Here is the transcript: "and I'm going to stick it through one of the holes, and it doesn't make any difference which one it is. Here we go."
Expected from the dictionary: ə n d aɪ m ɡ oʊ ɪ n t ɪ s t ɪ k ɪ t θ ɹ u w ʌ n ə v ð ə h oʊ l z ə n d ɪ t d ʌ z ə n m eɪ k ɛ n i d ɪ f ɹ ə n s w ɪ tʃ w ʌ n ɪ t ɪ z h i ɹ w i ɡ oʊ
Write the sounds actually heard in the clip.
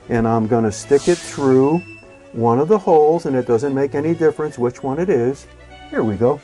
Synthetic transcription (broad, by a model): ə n aɪ m ɡ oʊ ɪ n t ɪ s t ɪ k ɪ t θ ɹ u w ʌ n ə v ð ə h oʊ l z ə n ɪ t d ʌ z ə n m eɪ k ɛ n i d ɪ f ɹ ə n s w ɪ tʃ w ʌ n ɪ t ɪ z h i ɹ w i ɡ oʊ